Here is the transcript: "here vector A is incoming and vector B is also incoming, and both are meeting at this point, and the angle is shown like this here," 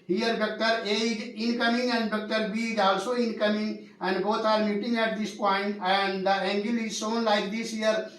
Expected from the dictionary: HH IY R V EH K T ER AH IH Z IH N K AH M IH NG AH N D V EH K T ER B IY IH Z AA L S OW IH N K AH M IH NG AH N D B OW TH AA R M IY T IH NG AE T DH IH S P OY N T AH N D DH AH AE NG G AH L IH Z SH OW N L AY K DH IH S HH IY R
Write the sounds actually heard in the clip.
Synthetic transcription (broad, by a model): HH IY R B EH K T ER AH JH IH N K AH M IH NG AH N D B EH K T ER B IY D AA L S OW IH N K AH M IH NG AH N D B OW T AA R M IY T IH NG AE T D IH S P OY N T AH N D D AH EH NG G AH L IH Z S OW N L AY K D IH S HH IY R